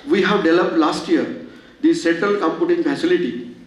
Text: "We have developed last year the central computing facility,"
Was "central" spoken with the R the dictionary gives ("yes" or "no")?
no